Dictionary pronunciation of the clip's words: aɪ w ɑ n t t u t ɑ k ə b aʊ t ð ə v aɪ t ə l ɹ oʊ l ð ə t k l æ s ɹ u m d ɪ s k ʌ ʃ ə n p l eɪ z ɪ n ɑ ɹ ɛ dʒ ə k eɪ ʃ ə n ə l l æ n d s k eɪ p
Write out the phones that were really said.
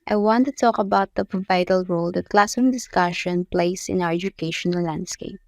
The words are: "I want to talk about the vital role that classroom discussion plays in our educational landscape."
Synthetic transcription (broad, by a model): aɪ w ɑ n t t u t ɑ k ə b aʊ t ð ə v aɪ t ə l ɹ oʊ l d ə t k l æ s u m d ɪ s k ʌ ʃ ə n p l eɪ s ɪ n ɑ w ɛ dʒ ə k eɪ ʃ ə n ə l l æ n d s k eɪ p